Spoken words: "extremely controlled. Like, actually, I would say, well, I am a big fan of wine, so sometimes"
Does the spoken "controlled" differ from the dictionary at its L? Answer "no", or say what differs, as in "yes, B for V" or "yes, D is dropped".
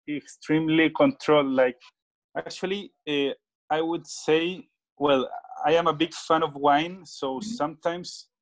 no